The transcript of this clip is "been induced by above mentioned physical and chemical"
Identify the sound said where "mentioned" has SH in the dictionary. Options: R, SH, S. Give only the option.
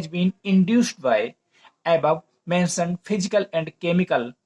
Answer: S